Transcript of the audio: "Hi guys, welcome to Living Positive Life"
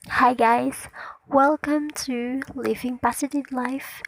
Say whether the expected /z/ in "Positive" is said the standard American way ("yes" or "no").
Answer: no